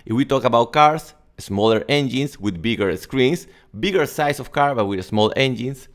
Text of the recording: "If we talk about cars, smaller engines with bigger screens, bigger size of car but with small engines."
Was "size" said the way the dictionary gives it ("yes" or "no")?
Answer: no